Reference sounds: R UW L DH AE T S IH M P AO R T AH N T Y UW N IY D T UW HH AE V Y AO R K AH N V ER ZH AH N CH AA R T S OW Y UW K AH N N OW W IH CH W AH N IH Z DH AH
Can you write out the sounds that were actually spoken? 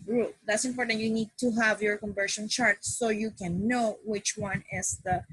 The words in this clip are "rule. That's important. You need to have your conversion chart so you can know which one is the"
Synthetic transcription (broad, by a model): R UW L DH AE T S IH M P AO R T AH N T Y UW N IY D T UW HH AE V Y AO R K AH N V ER SH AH N CH AA R T S OW Y UW K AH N N OW W IH CH W AH N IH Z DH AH